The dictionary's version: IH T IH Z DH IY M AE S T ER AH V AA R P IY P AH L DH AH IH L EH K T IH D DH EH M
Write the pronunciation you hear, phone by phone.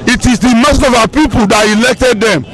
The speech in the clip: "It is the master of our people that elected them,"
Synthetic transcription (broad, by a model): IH T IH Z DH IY M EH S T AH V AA P IY P AH L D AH IH L EH K T IH D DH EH M